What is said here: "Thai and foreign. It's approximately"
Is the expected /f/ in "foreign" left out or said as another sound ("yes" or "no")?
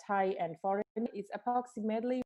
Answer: no